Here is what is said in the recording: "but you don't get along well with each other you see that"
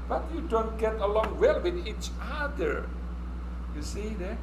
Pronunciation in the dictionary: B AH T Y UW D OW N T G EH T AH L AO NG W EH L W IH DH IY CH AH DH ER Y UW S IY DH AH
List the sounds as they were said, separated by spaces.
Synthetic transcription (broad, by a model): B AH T Y UW D OW N T G EH T AH L AO NG W EH L W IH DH IY CH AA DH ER Y UW S IY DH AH